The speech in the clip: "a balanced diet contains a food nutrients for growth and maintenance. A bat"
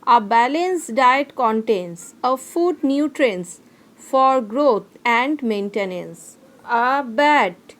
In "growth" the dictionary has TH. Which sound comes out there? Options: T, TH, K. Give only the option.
T